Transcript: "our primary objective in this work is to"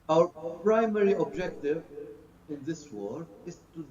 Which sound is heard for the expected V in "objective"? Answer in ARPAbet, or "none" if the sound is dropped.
V